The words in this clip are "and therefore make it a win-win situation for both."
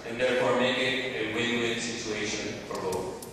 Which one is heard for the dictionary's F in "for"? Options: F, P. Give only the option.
P